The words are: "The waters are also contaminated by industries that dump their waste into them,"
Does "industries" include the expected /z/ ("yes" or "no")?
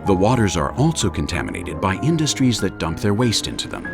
yes